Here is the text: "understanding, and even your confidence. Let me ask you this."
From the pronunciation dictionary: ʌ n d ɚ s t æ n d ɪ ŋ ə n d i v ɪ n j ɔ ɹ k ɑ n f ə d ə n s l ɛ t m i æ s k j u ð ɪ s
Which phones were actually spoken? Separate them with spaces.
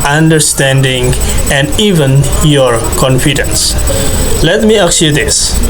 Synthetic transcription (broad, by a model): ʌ n d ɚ s t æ n d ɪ ŋ ə n d i v ɪ n j ɔ ɹ k ɑ n f ə d ə n s l ɛ t m i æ k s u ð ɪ s